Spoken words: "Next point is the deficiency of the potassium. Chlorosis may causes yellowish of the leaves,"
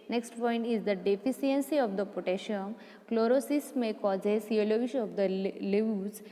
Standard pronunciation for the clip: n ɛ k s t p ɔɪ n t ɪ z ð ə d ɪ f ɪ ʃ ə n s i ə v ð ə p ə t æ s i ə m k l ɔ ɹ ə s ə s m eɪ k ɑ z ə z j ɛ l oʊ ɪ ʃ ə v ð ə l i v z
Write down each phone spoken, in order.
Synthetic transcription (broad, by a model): n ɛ k s t p ɔɪ n t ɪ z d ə d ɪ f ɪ s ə n s i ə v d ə p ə t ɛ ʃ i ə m k l ɔ ɹ ə s ə s m eɪ k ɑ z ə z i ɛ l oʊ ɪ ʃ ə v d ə l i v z